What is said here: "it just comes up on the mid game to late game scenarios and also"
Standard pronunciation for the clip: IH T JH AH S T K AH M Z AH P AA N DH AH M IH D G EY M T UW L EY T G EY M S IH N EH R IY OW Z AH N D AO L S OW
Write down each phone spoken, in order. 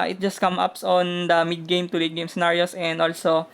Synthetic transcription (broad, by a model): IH T JH AH S T K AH M AH P AA N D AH M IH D G EY M T UW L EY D G EY M S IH N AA R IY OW S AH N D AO L S OW